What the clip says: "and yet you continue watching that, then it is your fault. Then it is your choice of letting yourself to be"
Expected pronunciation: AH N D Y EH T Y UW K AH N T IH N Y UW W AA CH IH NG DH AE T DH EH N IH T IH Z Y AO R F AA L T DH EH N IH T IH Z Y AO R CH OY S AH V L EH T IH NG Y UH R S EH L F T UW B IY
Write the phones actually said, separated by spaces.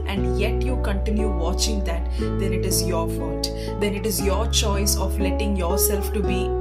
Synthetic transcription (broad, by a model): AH N D Y EH T Y UW K AH N T IH N Y UW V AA CH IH NG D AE T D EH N IH T IH Z Y AO R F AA T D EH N IH T IH Z Y AO R CH OY S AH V L EH T IH NG Y UH R S EH L F T UW B IY